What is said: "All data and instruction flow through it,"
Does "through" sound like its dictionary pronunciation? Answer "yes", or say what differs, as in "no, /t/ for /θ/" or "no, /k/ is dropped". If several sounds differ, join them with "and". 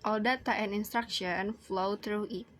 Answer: no, /t/ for /θ/